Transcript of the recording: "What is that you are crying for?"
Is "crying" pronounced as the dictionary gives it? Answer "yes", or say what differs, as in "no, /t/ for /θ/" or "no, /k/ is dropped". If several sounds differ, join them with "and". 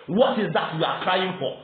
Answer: yes